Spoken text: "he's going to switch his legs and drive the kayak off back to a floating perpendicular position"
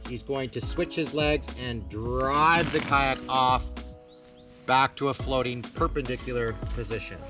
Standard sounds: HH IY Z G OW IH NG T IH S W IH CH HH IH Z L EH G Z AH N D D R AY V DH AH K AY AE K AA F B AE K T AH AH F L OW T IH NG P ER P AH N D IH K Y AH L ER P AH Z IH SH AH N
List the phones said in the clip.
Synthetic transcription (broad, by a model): HH IY Z G OW IH NG T IH S W IH CH HH IH Z L EH G Z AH N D D R AY V DH AH K AY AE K AA F B AE K T AH AH F L OW T IH NG P ER P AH N D IH K Y L ER P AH Z IH SH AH N